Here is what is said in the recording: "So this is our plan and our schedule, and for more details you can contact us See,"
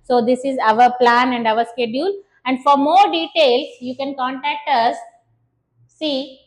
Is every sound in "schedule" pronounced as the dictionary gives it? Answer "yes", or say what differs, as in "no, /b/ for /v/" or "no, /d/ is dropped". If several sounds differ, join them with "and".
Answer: yes